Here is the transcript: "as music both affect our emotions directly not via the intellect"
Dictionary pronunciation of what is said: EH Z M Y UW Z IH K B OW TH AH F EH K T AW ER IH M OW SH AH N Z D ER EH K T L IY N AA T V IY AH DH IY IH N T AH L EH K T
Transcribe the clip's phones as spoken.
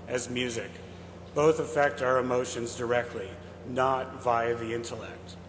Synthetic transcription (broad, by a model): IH Z M Y UW Z IH K B OW TH AH F EH K T AW ER IH M OW SH AH N Z D ER EH K T L IY N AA T V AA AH DH IY IH N T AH L EH K T